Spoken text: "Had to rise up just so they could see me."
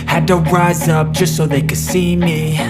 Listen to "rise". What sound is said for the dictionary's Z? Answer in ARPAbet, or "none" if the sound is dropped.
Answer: Z